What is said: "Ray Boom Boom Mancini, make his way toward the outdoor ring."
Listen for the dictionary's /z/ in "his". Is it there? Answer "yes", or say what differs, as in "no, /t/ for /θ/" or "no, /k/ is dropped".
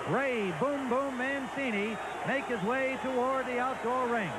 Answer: yes